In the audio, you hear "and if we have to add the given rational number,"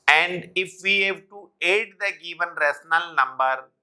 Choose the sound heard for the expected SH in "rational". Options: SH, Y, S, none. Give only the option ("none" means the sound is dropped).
S